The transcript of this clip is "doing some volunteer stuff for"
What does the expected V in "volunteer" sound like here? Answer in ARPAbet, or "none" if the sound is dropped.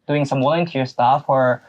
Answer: W